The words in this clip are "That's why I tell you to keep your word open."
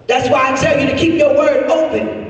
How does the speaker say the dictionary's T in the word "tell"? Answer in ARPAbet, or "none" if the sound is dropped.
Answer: S